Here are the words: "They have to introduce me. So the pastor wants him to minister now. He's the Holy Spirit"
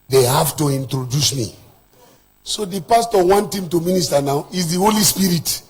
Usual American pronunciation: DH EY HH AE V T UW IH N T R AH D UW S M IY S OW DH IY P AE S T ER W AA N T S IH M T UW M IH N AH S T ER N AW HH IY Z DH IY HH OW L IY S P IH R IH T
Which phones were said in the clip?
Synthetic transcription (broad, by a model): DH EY HH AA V T UW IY N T R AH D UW S M IY S OW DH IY P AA S T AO W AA N T IH M T UW M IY N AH S T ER N AW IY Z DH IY HH OW L IY S P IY R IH T